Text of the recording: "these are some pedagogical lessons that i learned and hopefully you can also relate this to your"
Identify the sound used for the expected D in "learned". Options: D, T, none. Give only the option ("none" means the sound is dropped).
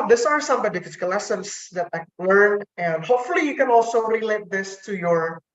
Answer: none